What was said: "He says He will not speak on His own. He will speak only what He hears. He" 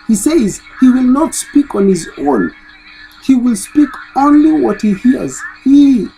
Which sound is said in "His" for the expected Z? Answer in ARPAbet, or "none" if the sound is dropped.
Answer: Z